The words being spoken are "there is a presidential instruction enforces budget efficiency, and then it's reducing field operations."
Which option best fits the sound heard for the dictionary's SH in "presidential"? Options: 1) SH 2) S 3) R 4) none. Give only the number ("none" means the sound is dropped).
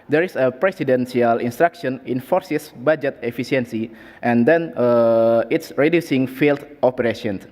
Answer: 2